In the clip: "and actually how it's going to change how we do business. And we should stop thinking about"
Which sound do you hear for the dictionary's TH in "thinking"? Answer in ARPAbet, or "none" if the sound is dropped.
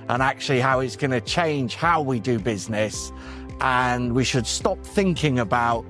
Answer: TH